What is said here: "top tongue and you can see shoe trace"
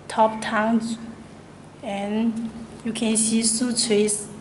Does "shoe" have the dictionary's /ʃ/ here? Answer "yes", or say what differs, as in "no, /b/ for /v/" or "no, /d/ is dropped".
no, /s/ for /ʃ/